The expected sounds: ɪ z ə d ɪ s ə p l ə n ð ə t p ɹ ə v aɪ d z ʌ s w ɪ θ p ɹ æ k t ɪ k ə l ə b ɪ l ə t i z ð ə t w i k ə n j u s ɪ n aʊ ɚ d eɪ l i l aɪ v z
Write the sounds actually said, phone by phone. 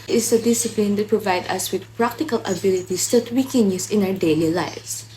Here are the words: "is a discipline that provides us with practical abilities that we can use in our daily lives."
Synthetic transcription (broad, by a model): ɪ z ə d ɪ s ə p l ə n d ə t p ɹ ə v aɪ d ʌ s w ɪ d p ɹ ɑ k t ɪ k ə l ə b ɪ l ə t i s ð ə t w i k ə n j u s ɪ n aʊ ɚ d eɪ l i l aɪ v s